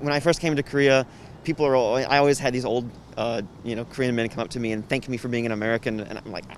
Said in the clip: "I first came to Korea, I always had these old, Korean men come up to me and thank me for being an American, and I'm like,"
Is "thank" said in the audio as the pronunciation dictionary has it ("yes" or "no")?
yes